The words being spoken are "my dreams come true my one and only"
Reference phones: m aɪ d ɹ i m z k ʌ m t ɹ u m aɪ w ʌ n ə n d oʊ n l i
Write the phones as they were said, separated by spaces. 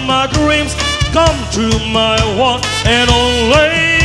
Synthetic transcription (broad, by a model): m aɪ d ɹ i m z k ʌ m t u m aɪ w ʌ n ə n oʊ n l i